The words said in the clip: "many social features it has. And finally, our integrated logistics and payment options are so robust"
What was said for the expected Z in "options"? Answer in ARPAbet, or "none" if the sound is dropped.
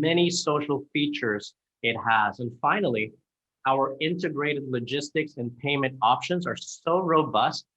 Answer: Z